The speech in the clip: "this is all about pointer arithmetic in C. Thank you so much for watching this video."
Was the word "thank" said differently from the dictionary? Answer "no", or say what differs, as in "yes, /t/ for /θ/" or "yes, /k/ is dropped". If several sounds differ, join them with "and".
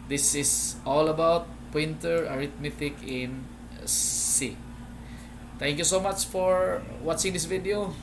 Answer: yes, /t/ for /θ/